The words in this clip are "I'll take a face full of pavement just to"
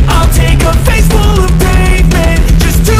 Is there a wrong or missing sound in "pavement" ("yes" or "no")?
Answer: yes